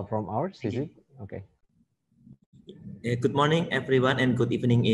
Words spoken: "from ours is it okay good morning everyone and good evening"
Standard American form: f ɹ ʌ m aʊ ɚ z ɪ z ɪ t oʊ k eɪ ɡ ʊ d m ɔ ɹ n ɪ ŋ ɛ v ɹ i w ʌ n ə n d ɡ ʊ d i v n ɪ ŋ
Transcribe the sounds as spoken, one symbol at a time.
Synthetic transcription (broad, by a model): f ɹ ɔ m aʊ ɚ s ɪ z ɪ t oʊ k eɪ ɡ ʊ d m ɔ ɹ n ɪ ŋ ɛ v ɹ i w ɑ n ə n ɡ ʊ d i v n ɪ ŋ